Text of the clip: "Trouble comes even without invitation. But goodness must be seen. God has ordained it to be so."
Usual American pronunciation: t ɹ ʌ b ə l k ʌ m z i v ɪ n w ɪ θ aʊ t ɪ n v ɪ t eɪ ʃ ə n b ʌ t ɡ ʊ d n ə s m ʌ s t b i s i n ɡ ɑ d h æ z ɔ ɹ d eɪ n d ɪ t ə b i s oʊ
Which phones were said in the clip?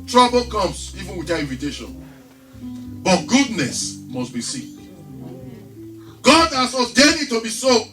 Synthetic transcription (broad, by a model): t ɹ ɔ b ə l k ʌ m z i v ɪ n w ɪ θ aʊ ɪ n v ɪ t eɪ ʃ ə n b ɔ t ɡ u d n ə s m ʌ s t b i s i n ɡ ɑ d h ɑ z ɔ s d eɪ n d ɪ t ə b i s oʊ